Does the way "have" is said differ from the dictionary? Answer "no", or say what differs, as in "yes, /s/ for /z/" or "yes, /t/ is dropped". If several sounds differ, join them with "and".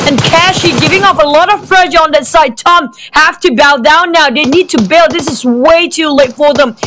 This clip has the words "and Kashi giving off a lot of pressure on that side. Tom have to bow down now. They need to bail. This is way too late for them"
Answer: yes, /f/ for /v/